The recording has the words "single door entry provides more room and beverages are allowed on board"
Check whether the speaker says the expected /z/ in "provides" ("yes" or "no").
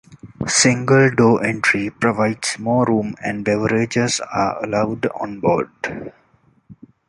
no